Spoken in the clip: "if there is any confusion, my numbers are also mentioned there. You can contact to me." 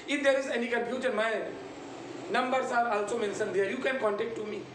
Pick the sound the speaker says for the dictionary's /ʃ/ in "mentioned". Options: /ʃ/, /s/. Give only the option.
/s/